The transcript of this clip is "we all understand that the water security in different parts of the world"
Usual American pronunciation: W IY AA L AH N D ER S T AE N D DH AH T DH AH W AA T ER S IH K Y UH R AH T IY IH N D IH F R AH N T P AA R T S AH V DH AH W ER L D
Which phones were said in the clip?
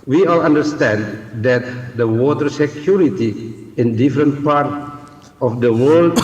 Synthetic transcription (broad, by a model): W IY AA L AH N D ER S T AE N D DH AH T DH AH W AA T ER S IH K Y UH R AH T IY IH N D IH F R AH N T P AA R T AH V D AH W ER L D